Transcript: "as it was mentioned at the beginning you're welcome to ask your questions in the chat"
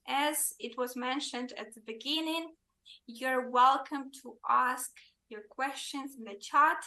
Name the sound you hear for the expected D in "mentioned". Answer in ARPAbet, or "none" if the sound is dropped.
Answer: D